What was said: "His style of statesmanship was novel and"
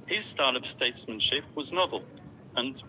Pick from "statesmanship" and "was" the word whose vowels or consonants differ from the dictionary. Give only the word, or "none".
none